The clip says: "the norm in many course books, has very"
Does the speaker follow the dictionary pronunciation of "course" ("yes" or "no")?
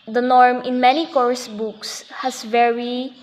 yes